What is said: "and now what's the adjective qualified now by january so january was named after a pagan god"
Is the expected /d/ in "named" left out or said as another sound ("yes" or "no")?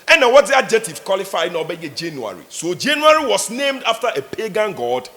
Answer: no